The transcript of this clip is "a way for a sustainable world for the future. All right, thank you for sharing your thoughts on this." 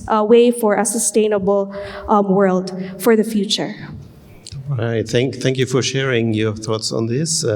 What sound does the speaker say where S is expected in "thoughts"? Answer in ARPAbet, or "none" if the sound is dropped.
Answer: S